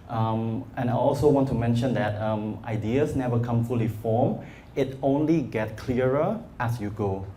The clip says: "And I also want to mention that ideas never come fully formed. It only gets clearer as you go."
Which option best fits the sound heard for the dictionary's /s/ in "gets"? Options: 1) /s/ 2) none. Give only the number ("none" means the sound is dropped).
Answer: 2